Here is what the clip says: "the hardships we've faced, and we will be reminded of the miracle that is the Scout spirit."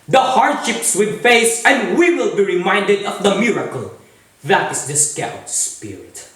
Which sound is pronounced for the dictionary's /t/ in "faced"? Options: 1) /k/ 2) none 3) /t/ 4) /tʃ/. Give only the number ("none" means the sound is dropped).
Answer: 2